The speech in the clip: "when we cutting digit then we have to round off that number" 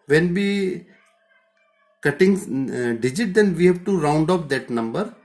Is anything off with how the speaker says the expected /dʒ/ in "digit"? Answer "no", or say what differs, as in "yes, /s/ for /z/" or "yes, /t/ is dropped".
no